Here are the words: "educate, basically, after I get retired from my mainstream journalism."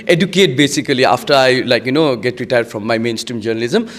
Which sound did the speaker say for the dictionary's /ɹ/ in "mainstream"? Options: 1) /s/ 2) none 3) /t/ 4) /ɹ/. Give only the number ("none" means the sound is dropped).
4